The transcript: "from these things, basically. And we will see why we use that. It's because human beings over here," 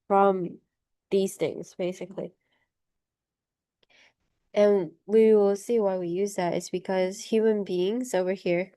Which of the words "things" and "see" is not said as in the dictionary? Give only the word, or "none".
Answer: none